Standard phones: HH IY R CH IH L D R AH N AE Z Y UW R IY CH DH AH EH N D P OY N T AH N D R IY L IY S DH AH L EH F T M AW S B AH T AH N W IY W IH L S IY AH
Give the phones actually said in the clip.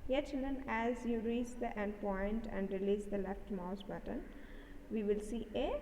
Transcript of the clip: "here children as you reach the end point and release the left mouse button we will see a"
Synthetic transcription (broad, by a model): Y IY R CH IH L D R AH N AE Z Y UW R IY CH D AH EH N D P OY N T AH N D R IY L IY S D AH L EH F T M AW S B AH T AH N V IY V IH L S IY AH